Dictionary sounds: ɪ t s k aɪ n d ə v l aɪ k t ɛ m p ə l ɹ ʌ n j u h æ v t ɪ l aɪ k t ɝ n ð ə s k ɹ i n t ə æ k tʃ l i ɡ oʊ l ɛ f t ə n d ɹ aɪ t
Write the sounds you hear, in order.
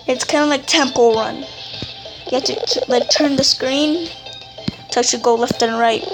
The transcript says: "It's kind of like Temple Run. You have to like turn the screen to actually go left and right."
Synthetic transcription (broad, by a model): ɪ t s k aɪ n d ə l aɪ k t ɛ m p l ɹ ʌ n j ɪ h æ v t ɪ l aɪ k t ɝ n ð ə s k ɹ i n t ə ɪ tʃ i ɡ oʊ l ɛ f t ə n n ɹ aɪ t